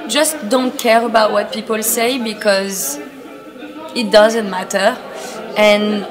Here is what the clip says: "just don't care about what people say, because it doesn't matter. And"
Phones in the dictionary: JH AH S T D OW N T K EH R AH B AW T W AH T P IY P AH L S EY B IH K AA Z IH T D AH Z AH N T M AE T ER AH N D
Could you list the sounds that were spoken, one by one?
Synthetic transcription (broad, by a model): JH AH S T D OW N T K EH R AH B AW T W AH T P IY P AH L S EY B IH K AA Z IH T D AH Z AH N T M AE T ER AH N